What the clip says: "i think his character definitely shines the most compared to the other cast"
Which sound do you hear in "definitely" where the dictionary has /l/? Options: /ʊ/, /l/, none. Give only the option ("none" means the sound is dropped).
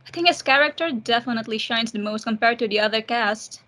/l/